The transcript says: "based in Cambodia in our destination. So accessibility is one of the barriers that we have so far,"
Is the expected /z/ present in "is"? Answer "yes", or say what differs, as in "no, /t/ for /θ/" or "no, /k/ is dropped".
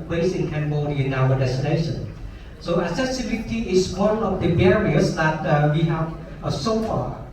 no, /s/ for /z/